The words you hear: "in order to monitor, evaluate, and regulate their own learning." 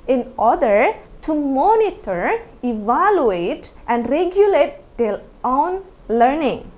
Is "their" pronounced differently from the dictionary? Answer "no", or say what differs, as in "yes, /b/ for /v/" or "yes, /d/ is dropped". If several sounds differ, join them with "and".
yes, /l/ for /ɹ/